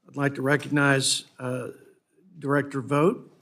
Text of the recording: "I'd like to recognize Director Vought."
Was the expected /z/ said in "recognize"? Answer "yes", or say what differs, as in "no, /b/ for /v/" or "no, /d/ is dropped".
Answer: yes